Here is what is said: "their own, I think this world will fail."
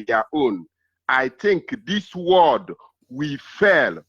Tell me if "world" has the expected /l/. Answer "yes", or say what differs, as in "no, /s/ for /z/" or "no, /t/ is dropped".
no, /l/ is dropped